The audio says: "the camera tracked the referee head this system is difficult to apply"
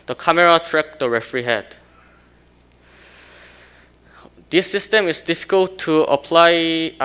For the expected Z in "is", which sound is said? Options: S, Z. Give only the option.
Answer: S